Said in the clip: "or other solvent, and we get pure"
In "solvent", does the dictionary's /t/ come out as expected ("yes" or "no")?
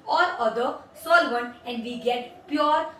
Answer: no